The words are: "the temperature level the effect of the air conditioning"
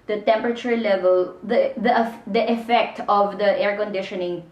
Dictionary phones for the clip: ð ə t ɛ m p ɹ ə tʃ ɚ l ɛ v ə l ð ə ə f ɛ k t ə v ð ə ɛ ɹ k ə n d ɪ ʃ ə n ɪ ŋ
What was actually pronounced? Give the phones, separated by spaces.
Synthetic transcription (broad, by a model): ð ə t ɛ m p ɹ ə tʃ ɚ l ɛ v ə l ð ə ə f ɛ k t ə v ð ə ɛ ɹ k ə n d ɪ ʃ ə n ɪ ŋ